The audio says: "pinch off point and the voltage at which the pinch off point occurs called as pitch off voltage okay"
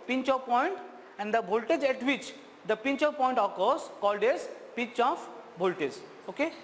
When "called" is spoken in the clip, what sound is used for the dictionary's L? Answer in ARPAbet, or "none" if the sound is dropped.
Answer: L